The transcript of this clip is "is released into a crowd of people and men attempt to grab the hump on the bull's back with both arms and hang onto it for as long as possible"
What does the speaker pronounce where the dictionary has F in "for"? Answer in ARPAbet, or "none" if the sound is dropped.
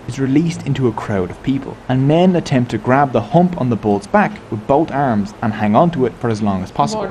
F